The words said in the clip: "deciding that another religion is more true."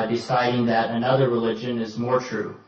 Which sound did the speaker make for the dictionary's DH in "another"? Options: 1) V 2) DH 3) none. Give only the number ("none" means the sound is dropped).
2